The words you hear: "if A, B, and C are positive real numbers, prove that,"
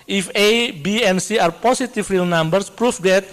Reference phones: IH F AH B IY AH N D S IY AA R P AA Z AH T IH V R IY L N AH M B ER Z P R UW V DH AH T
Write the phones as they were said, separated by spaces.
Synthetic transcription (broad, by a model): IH F AH B IY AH N S IY AA R P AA S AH T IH F R IY L N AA M B ER S P R UW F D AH T